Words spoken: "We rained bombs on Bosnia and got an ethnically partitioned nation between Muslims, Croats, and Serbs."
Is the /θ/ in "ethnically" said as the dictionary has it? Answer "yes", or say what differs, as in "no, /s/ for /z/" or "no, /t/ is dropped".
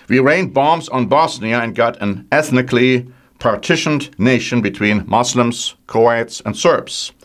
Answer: yes